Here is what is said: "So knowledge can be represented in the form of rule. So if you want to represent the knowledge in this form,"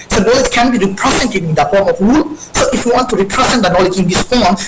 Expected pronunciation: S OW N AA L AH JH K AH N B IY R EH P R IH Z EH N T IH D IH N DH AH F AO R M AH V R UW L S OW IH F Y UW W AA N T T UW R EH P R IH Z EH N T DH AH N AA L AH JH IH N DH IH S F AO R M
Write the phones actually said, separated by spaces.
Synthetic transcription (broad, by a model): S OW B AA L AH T K AH N B IY R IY P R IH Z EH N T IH IH N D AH F AO R M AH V R UW L S OW IH F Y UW W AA N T T UW R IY P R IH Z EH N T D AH N AA L AH JH IH N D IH S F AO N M